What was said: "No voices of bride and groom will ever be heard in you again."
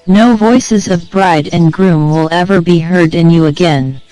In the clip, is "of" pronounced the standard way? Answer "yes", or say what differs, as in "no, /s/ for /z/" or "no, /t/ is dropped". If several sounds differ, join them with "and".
yes